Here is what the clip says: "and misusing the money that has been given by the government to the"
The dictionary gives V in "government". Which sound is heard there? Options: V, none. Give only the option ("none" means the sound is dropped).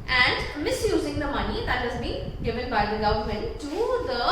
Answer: none